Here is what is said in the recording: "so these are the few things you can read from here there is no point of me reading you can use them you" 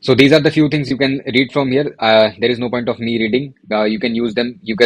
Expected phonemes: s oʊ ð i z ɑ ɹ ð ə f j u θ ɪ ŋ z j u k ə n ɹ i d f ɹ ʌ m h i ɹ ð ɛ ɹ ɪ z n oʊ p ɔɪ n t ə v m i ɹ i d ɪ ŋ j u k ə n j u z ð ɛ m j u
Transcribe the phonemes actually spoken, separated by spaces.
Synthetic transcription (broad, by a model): s oʊ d i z ɑ ɹ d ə f j u t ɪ ŋ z j u k ə n ɹ i d f ɹ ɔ m h i ɹ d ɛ ɹ ɪ z n oʊ p ɔɪ n t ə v m i ɹ i d ɪ ŋ j u k ə n j u z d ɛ m j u